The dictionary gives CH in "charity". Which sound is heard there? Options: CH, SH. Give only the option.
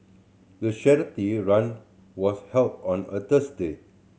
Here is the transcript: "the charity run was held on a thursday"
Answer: SH